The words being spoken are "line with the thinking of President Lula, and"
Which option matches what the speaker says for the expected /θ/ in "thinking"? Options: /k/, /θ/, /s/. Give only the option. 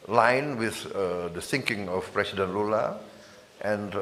/s/